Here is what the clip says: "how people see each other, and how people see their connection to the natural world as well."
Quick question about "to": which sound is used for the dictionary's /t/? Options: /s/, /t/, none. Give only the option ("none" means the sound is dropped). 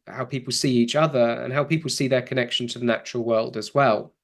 /t/